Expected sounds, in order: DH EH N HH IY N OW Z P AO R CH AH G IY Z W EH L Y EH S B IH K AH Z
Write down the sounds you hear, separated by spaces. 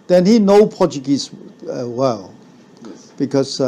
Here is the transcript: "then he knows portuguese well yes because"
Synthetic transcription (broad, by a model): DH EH N HH IY N OW P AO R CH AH G IY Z W EH L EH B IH K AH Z